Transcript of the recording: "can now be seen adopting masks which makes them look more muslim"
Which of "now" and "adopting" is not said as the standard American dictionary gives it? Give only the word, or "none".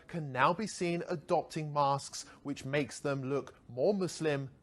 none